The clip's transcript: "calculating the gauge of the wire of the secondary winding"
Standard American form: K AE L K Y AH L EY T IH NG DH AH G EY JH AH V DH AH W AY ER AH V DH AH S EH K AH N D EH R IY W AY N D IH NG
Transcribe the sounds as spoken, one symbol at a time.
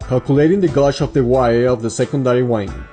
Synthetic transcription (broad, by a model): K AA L K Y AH L EY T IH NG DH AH G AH SH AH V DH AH W AY ER AH V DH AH S EH K AH N D EH R IY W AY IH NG